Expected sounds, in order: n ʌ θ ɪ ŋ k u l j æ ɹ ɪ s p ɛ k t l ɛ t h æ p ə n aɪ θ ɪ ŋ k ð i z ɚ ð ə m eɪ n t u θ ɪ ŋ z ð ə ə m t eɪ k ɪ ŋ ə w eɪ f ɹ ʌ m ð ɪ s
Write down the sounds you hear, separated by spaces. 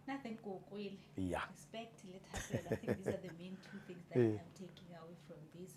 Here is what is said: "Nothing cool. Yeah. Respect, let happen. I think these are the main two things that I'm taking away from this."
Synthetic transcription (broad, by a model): n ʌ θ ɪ ŋ k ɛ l j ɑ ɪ s p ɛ k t l ɛ t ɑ ə l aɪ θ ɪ k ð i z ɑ ð ə m eɪ n t u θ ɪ ŋ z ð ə ə m t eɪ k ɪ ŋ ə w eɪ f ɹ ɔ m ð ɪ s